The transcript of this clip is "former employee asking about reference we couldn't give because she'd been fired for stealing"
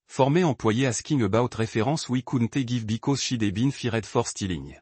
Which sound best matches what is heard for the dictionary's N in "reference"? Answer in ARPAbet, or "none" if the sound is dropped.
none